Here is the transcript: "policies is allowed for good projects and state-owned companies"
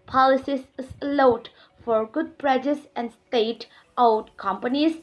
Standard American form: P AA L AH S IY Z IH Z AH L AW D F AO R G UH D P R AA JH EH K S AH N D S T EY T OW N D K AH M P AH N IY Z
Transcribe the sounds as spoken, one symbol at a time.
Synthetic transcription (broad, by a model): P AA L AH S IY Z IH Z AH L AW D F AO R G UH D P R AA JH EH S AH N D S T EY T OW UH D K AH M P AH N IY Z